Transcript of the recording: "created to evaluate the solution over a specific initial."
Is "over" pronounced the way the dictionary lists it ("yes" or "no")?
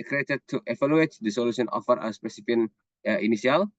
no